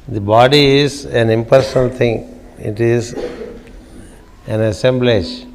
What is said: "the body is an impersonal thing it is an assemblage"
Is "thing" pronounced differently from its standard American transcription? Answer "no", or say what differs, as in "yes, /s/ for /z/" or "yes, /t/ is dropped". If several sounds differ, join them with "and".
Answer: yes, /t/ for /θ/